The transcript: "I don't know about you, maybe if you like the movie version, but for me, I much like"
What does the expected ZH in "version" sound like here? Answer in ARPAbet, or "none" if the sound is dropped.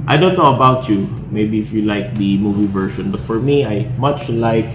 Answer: SH